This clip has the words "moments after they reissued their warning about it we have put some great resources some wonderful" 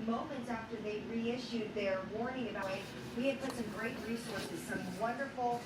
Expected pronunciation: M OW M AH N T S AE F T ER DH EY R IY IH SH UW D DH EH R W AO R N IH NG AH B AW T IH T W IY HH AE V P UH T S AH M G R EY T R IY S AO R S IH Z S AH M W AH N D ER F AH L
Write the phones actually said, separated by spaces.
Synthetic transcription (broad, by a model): M OW M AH N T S AE F T ER DH EY R IY IH SH UW D DH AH R W AO R N IH NG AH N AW IH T W IY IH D P UH T S AH M G R EY T R IY S AO R S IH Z S AH M W AH N D ER F L